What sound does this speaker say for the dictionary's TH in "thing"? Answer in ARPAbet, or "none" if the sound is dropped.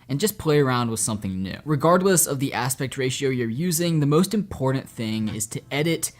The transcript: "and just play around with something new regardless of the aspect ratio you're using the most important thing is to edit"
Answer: TH